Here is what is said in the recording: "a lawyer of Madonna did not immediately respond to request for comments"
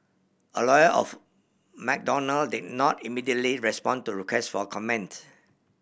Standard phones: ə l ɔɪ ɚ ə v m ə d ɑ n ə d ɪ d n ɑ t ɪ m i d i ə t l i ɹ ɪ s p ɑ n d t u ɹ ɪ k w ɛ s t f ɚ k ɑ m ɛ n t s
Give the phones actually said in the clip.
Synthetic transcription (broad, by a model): ə l ɔɪ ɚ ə f m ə d ɑ n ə d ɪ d n ɑ t ɪ m i d i ə t l i ɹ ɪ s p ɑ n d t u ɹ ɪ k w ɛ s t f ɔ k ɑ m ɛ n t